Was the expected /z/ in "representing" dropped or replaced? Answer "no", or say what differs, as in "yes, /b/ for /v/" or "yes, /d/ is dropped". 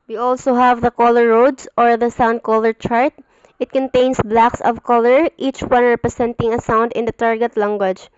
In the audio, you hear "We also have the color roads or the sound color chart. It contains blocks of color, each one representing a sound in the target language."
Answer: yes, /s/ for /z/